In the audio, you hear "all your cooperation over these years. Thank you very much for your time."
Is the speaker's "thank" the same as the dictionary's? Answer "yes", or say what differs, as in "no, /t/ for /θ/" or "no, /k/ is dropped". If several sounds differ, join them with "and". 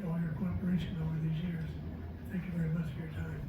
yes